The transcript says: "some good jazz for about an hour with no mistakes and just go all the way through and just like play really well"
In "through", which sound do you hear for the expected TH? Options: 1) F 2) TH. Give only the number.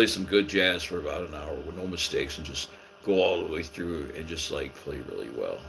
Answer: 2